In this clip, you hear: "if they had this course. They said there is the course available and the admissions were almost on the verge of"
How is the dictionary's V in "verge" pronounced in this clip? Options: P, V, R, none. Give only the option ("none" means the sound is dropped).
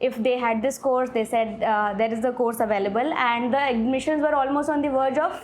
V